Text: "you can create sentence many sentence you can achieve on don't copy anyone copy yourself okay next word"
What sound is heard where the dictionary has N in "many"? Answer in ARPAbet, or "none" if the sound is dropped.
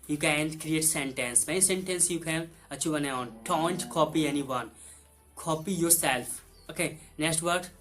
none